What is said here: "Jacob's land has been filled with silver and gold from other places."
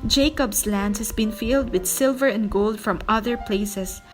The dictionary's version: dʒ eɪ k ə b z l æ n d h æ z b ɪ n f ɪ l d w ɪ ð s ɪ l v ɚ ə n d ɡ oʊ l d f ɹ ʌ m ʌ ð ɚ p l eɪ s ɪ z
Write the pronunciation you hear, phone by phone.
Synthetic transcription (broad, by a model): dʒ eɪ k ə b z l æ n d h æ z b ɪ n f ɪ l d w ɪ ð s ɪ l v ɚ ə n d ɡ oʊ l d f ɹ ʌ m ʌ ð ɚ p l eɪ s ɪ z